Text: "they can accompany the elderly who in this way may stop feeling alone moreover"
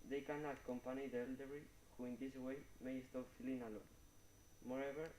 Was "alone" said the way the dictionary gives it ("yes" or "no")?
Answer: yes